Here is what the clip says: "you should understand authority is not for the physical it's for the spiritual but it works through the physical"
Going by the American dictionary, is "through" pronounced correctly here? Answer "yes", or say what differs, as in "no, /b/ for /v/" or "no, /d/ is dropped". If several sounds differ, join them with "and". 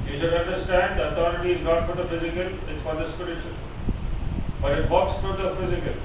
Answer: no, /f/ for /θ/